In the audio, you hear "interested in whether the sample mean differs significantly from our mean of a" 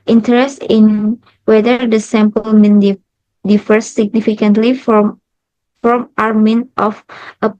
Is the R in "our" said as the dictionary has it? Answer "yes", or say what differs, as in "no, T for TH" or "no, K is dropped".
yes